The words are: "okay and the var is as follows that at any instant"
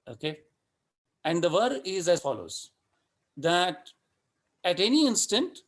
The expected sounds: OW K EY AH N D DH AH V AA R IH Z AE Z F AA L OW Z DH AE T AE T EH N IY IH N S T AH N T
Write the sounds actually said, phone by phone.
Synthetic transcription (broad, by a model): OW K EY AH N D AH V AA R IH Z AE Z F AA L OW Z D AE T AE T EH N IY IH N S T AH N T